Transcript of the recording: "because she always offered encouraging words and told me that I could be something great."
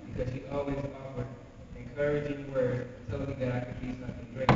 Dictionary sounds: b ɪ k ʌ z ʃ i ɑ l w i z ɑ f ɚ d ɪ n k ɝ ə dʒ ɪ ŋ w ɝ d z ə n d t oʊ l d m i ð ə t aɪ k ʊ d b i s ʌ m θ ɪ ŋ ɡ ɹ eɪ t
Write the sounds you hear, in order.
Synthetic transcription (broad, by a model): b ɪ k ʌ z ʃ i ɑ l w i z ɑ f ɚ d ɪ n k ɝ ə dʒ ɪ ŋ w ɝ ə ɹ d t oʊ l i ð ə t aɪ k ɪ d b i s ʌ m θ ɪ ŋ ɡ ɹ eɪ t